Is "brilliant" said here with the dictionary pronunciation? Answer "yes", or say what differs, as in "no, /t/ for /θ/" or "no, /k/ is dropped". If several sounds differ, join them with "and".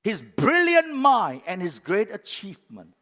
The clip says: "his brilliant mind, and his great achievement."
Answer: yes